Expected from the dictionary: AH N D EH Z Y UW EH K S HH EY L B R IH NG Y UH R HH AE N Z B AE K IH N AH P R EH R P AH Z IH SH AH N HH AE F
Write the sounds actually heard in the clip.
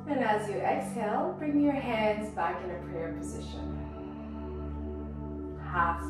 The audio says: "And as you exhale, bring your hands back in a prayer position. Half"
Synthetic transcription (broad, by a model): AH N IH Z Y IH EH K S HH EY L B R IH NG Y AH R HH AE N Z B AE K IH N AH P R EH R P AH Z IH SH AH N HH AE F